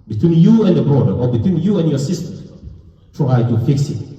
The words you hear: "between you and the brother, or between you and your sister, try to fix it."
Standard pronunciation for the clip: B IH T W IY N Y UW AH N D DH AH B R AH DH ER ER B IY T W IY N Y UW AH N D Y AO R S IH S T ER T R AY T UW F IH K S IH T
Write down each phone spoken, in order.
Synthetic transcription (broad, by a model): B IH T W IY N Y UW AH N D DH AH B R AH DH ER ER B IY T W IY N Y UW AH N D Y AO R S IH S T ER T R AY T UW F IH K S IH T